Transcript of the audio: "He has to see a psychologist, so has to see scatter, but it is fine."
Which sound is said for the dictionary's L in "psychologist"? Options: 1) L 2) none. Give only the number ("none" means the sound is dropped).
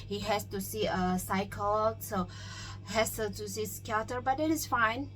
2